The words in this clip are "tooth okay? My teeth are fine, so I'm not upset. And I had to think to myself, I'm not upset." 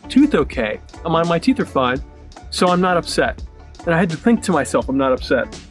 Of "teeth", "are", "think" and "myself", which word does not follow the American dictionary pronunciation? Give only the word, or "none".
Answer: none